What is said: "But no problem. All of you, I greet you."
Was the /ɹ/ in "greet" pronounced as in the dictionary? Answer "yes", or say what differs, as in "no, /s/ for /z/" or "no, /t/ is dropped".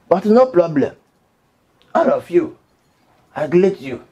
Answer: no, /l/ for /ɹ/